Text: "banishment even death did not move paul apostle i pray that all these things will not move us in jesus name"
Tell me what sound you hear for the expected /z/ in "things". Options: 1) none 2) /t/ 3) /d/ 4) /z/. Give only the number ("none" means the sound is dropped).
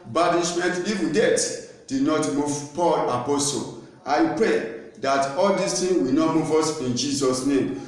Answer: 1